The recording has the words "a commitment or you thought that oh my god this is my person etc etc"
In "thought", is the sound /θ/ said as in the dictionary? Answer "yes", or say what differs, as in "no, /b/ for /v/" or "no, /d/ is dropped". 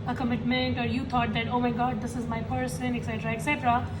no, /t/ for /θ/